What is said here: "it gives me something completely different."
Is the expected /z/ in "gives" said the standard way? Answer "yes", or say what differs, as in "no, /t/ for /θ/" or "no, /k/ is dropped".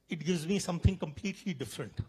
yes